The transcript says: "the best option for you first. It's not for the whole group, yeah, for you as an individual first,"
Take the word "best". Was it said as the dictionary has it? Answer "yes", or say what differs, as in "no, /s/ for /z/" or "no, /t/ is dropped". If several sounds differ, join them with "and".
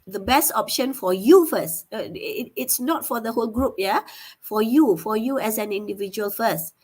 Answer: yes